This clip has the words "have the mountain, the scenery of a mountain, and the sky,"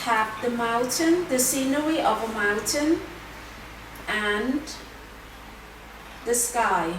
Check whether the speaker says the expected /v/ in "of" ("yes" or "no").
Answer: yes